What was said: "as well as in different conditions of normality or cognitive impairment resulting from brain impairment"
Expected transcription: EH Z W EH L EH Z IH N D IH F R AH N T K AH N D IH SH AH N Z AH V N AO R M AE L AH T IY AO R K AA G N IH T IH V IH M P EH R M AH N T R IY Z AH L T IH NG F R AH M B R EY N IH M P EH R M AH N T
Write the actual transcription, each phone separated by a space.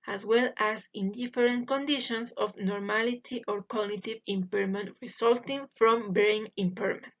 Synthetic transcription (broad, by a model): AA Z W EH L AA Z IH N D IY F R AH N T K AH N D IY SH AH N S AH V N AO R M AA L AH T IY AO R K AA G N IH T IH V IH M P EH R M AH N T R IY S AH L T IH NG F R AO M B R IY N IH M P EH R M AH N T